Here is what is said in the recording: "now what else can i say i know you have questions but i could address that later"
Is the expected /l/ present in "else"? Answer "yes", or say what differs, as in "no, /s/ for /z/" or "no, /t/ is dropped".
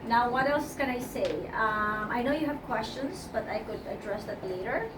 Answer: yes